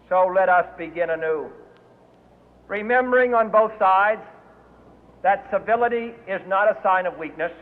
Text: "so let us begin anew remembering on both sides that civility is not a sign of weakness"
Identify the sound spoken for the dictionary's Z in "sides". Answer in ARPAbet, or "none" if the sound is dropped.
Z